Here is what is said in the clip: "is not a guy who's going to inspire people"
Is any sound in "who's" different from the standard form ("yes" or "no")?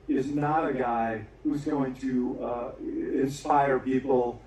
no